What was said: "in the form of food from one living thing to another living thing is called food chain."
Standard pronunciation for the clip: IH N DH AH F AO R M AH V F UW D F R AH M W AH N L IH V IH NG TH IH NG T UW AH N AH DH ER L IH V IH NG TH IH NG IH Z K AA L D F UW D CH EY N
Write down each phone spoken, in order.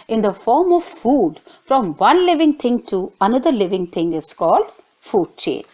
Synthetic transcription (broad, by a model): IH N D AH F AO R M AH V F UW D F R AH M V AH N L IH V IH NG T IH NG T UW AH N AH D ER L IH V IH NG T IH NG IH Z K AA L D F UW D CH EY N